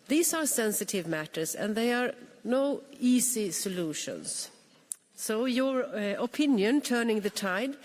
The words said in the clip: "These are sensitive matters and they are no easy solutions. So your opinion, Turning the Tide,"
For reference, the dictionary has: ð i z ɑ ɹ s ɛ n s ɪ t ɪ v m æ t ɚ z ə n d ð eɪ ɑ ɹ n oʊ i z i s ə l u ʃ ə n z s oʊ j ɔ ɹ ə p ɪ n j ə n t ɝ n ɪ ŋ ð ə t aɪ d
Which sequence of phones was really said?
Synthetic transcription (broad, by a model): ð i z ɑ ɹ s ɛ n s ɪ t ɪ v m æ t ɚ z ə n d ð eɪ ɑ ɹ n oʊ i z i s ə l u ʃ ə n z s oʊ j ɔ ɹ ə p ɪ n j ə n t ɝ n ɪ ŋ ð ə t aɪ d